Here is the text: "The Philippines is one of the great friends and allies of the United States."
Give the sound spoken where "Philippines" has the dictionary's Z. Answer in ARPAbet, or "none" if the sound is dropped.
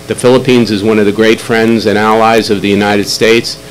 Z